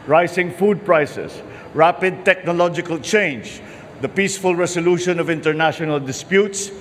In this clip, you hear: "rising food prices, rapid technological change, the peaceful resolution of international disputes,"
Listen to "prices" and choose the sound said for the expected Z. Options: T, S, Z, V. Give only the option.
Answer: S